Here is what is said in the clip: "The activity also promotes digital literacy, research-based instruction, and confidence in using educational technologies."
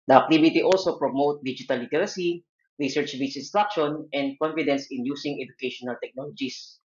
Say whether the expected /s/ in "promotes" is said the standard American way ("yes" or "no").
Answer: no